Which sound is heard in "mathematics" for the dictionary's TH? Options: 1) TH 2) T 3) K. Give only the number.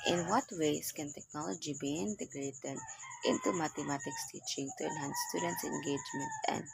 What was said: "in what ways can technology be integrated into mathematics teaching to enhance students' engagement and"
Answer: 2